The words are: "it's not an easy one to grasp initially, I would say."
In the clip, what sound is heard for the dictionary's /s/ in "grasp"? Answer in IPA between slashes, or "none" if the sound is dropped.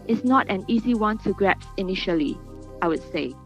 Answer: none